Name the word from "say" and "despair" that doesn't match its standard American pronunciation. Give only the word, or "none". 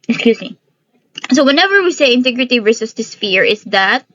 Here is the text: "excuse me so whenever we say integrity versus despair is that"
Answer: despair